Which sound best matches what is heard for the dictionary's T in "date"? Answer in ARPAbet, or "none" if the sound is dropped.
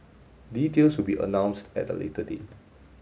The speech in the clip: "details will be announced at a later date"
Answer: none